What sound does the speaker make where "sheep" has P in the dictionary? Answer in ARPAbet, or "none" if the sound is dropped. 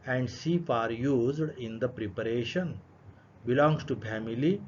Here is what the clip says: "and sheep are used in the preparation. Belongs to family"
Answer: F